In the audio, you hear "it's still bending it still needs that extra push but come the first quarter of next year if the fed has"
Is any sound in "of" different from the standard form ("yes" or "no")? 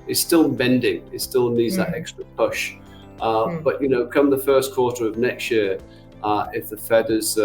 no